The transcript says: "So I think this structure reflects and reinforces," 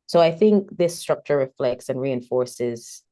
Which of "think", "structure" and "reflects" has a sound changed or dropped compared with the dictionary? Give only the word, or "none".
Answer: none